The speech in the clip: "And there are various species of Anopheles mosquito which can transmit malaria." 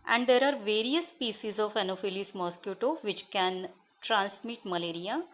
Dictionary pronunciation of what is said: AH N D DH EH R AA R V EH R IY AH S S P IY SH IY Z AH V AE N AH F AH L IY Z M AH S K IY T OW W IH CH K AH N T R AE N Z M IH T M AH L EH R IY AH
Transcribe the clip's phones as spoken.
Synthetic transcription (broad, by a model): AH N D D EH R AA R V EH R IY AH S S P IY S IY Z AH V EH N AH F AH L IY S M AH S K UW T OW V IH CH K AH N T R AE N S M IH T M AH L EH R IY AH